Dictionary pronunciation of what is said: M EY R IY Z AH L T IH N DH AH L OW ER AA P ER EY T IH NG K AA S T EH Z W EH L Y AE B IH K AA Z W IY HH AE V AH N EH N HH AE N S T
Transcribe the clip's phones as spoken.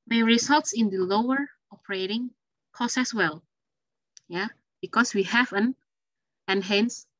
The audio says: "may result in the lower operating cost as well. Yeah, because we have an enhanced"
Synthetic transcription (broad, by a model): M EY R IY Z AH L T IH N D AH L OW ER AA P ER EY T IH NG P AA S EH S W EH L Y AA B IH K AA S W IY HH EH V AH N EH N HH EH N S